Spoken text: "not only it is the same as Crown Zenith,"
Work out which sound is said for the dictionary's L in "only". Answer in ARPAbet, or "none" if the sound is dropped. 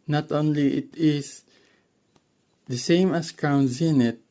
L